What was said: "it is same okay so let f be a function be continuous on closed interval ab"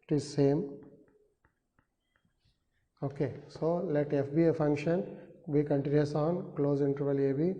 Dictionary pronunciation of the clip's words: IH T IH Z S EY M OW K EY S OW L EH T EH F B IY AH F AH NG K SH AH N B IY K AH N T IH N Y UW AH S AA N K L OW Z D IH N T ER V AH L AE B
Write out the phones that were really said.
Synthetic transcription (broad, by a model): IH T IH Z S EY M OW K EY S OW L EH T EH F B IY AH F AH NG K SH AH N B IY K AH N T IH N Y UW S AA N K L OW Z IH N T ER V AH L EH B